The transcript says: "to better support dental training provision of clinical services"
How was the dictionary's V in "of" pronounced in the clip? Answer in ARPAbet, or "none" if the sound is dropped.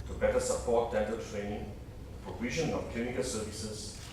F